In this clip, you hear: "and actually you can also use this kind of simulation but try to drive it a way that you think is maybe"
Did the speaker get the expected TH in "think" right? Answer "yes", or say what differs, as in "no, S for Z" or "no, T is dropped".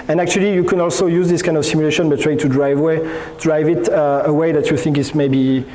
yes